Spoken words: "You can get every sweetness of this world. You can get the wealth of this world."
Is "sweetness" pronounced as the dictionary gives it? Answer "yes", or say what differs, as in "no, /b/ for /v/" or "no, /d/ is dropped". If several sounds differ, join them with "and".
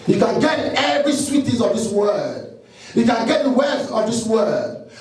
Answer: no, /n/ is dropped